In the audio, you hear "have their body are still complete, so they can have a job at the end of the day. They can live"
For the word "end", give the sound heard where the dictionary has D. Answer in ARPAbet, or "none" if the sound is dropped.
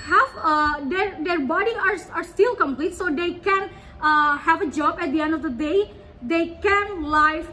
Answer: D